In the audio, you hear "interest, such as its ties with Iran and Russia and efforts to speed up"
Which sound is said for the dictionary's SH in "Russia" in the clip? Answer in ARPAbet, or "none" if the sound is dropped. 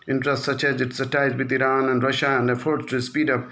SH